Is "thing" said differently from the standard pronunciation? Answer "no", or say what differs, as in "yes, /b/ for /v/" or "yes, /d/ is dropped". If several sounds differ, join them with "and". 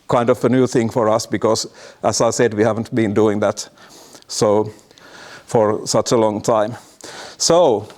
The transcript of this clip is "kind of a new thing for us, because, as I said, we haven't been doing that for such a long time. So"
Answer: no